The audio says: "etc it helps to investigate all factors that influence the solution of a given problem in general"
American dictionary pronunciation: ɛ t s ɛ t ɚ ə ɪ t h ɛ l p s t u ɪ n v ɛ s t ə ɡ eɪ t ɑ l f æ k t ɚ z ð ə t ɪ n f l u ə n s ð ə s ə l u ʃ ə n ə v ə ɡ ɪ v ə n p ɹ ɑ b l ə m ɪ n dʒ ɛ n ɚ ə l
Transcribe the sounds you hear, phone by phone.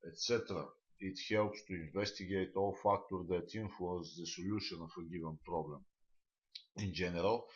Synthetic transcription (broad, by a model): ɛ t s ɛ t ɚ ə ɪ t h ɛ l p s t u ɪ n v ɛ s t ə ɡ eɪ t ɑ l f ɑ k t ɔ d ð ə t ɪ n f l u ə n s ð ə s ə l u ʃ ə n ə f ə ɡ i v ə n p ɹ ɑ b l ə m ɪ n dʒ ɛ n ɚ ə l